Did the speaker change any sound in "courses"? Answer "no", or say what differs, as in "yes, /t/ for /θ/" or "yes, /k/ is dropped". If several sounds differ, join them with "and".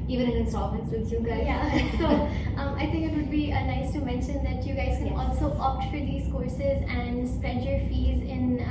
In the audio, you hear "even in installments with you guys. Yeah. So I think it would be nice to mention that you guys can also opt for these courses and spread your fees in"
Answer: no